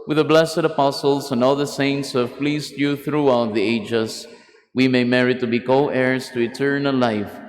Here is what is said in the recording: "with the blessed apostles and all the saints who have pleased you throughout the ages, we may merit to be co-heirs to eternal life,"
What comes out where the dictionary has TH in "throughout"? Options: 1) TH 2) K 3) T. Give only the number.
1